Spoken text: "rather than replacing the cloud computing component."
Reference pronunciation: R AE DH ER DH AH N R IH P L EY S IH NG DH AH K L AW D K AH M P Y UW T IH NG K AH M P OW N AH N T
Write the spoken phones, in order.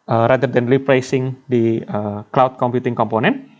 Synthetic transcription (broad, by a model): R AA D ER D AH N L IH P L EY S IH NG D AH K L AW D K AH M P Y UW T IH NG K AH M P OW N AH N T